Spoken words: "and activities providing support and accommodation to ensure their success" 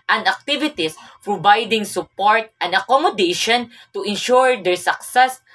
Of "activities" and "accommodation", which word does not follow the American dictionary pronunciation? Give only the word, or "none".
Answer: activities